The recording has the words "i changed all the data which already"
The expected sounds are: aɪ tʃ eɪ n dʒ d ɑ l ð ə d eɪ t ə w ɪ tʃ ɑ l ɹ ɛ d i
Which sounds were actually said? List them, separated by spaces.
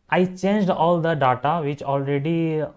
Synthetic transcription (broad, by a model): aɪ tʃ eɪ n dʒ d ɑ l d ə d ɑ t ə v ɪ tʃ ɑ l ɹ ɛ d i